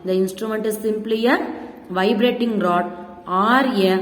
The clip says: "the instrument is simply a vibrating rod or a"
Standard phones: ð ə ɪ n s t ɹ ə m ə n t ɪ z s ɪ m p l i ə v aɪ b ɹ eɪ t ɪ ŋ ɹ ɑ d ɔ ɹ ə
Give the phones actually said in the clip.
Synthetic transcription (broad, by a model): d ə ɪ n s t ɹ ə m ə n t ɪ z s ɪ m p l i ə v aɪ b ɹ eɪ t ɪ ŋ ɹ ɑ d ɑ ɹ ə